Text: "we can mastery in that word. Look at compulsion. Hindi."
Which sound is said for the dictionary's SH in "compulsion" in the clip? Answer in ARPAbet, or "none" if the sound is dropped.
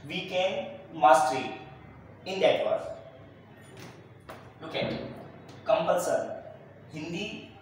S